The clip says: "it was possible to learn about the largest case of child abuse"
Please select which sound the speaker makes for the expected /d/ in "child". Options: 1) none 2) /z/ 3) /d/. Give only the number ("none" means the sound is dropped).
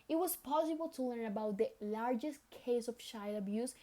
1